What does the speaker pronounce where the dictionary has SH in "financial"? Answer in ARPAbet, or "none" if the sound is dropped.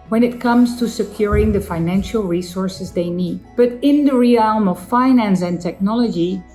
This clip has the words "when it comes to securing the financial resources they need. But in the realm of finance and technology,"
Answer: SH